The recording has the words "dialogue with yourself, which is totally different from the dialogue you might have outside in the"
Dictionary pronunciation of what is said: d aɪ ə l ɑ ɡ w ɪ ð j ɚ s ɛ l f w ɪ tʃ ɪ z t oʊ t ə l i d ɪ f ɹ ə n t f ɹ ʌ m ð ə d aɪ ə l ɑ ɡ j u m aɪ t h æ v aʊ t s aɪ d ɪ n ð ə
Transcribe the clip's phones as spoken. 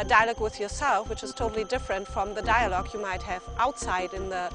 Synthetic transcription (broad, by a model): d aɪ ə l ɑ ɡ w ɪ ð j ɚ s ɛ l f w ɪ tʃ ɪ z t oʊ t l i d ɪ f ɹ ə n t f ɹ ʌ m ð ə d aɪ ə l ɑ ɡ j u m aɪ t h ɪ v aʊ t s aɪ d ɪ n ð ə